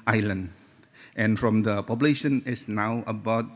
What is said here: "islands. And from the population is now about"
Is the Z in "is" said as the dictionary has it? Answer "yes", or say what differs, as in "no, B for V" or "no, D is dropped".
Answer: no, S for Z